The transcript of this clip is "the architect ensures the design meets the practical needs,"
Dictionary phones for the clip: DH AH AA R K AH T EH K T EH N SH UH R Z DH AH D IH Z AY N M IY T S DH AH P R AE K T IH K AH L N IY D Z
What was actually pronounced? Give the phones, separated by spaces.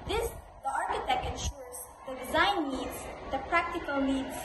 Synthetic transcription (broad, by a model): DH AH AA R K AH T EH K T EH N SH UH R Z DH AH D IH Z AY N IY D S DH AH P R AE K T IH K AH L N IY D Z